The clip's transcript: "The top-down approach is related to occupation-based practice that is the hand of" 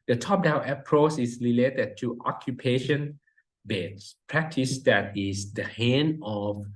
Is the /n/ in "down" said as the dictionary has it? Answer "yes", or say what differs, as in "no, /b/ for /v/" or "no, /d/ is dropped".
no, /n/ is dropped